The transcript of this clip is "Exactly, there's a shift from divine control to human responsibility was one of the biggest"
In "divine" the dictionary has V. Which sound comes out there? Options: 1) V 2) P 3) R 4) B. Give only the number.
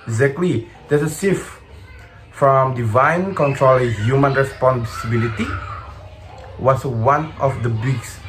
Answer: 1